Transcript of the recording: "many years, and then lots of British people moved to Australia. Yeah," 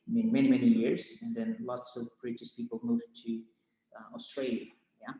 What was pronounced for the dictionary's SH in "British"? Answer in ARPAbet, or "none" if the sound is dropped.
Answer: S